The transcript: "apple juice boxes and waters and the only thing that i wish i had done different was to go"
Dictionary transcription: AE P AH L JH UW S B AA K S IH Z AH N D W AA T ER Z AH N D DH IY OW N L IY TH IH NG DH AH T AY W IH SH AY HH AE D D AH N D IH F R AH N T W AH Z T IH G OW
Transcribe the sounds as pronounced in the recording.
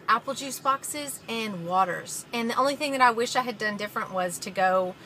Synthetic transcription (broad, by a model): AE P L JH UW S B AA K S IH Z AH N W AA T ER Z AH N DH IY OW N L IY TH IH NG DH AH T AY W IH SH AY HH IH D D AH N D IH F R AH N T W AH Z T IH G OW